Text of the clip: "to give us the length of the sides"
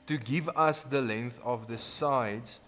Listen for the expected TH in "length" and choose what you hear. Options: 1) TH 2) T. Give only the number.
1